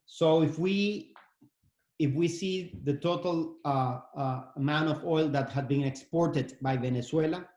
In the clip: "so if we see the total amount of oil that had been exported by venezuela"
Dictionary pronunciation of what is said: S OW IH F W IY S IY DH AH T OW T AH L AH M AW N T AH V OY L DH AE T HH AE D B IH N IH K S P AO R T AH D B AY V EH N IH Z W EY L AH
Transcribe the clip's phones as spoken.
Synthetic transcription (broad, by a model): S OW IH F W IY S IY DH AH T OW T AH L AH M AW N AH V OY L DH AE T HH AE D B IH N IH K S P AO R T AH D B AY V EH N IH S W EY L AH